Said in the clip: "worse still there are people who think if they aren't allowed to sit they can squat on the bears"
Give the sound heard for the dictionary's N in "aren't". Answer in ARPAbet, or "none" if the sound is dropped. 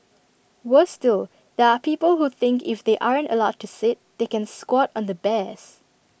N